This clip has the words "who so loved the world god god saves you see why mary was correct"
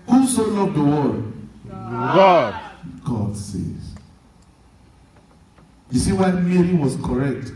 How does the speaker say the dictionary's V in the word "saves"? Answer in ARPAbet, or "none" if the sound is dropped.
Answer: none